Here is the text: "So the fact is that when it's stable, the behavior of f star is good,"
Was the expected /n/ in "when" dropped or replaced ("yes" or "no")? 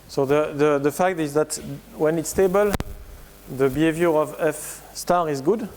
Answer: no